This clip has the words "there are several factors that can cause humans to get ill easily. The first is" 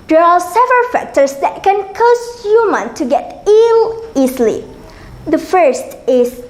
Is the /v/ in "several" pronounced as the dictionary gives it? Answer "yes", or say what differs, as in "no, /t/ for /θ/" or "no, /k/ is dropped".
yes